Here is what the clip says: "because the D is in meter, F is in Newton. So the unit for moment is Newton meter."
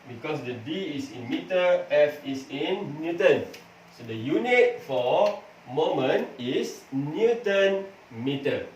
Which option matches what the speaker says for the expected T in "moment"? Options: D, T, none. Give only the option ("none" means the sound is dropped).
none